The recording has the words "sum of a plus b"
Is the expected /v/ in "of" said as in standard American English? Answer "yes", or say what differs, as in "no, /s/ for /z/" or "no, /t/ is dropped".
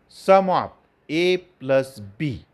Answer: no, /p/ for /v/